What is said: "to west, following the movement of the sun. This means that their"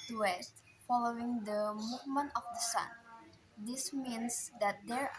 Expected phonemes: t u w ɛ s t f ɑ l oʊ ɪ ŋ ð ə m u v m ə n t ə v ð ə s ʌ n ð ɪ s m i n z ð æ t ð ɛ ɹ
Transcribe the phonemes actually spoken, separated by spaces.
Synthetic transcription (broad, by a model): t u w ɛ s t f ɑ l oʊ ɪ ŋ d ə m u v m ə n t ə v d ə s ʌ n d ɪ s m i n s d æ t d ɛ ɹ